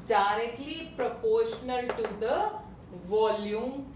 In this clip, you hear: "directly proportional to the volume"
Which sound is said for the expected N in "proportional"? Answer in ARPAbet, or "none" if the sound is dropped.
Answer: N